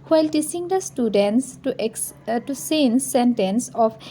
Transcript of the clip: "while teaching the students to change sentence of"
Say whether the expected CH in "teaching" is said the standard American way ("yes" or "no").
no